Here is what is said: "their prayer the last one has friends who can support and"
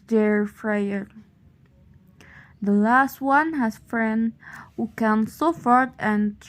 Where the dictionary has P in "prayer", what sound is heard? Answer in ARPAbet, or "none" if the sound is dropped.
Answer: F